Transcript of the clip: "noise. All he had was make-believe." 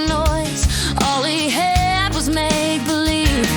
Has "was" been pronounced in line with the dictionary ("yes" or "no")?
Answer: yes